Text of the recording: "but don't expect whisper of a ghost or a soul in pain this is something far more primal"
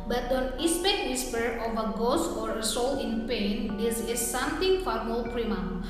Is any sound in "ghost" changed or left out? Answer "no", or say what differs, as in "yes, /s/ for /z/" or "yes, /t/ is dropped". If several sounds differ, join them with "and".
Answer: yes, /t/ is dropped